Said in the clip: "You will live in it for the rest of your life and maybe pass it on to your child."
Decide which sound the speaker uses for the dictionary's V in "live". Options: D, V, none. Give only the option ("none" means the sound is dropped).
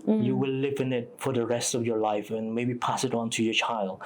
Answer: V